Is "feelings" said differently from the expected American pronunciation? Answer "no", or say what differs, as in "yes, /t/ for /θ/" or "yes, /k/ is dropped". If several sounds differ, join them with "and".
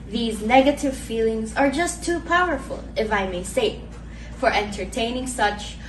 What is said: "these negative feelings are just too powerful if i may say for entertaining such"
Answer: no